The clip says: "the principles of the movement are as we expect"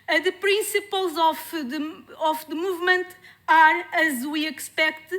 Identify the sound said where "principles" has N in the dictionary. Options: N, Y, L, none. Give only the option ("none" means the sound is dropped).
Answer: none